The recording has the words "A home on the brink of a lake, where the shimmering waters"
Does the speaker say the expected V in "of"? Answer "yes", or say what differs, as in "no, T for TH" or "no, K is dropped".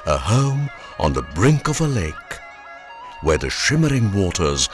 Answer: yes